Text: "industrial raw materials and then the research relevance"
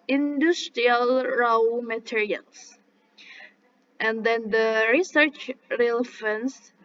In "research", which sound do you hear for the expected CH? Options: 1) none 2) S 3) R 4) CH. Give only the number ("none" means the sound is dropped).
4